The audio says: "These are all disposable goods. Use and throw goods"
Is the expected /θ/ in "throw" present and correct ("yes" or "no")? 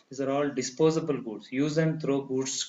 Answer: no